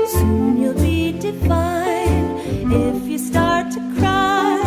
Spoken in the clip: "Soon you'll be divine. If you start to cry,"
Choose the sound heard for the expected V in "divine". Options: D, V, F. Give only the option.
F